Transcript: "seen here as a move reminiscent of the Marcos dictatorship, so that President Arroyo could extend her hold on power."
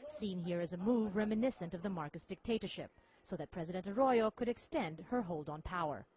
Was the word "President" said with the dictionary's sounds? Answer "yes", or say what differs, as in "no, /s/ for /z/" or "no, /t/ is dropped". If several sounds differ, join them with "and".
yes